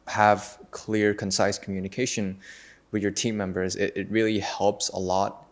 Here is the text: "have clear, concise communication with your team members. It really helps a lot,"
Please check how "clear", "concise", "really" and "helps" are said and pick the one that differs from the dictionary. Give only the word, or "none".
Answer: none